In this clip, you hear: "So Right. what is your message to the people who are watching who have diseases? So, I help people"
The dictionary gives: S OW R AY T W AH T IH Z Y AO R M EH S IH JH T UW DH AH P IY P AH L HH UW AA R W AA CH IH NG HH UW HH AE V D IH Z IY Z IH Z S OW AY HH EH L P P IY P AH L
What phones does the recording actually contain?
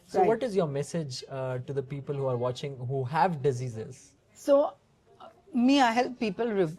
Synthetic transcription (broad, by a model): S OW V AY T T IH Z Y AO R M EH S IH JH T UW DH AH P IY P AH L HH UW AA R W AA CH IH NG HH UW HH AE V D IH Z IY Z IH Z S OW AY HH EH L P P IY P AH L